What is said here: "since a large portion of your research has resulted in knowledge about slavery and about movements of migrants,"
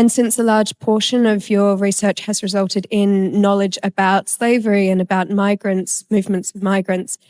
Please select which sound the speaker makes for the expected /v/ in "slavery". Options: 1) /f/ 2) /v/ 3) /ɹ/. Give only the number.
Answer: 2